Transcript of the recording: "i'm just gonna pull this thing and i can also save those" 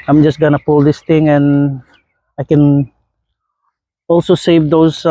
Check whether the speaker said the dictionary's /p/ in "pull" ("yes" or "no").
yes